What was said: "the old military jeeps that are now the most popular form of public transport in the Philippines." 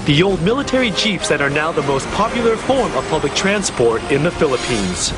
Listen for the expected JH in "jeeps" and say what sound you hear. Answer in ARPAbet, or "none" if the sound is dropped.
CH